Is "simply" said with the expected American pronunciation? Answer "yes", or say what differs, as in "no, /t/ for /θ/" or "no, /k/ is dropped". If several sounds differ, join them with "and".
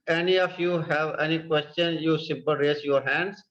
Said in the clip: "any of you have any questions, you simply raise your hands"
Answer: no, /l/ is dropped